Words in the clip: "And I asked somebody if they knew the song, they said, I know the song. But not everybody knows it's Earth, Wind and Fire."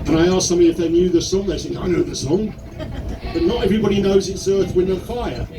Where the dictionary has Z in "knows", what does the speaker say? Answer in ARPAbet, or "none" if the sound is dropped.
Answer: Z